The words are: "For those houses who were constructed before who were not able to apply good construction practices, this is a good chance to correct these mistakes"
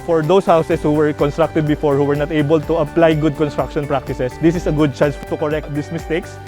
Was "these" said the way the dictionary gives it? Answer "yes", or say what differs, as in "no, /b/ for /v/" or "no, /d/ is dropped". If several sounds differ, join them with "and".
no, /s/ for /z/